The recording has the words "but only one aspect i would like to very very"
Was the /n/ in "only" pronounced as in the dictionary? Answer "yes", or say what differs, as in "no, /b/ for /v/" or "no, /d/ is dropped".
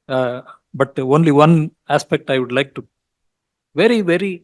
yes